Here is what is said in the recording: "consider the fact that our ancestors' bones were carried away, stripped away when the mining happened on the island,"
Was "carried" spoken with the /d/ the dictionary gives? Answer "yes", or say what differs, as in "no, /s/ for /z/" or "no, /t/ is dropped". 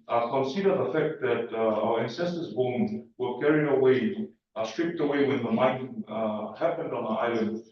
no, /d/ is dropped